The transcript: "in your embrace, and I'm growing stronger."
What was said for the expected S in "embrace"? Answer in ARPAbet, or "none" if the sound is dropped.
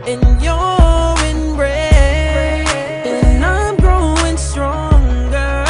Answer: none